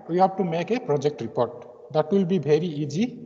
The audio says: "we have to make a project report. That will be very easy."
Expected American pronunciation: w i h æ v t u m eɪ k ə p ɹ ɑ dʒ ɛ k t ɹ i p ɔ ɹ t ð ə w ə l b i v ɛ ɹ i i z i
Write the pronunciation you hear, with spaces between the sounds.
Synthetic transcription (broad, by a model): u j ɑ b t u m eɪ k ə p ɹ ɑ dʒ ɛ k t ɹ i p ɔ ɹ t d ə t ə l b i b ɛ ɹ i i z i